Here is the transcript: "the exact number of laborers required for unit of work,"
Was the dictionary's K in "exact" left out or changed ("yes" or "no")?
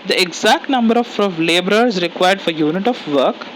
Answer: no